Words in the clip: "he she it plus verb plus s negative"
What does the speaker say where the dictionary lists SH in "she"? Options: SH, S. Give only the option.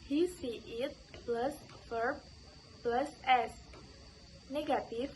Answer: S